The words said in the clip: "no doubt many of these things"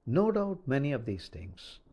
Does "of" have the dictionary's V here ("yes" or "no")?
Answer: yes